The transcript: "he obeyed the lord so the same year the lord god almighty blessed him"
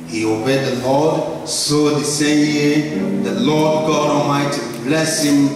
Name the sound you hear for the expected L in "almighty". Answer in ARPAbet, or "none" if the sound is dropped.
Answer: none